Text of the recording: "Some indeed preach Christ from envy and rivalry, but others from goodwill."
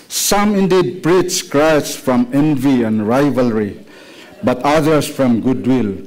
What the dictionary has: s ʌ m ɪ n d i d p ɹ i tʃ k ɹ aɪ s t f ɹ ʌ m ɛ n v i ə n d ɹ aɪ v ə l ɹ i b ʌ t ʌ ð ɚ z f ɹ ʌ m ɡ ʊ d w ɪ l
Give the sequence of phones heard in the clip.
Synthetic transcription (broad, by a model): s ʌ m ɪ n d i d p ɹ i s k ɹ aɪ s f ɹ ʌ m ɛ n v i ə n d ɹ aɪ v ə l ɹ i b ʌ t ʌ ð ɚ s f ɹ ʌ m ɡ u d w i l